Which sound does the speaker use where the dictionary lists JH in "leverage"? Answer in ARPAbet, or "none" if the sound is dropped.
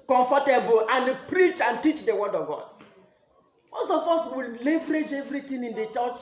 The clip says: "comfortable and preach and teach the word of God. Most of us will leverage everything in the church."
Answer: JH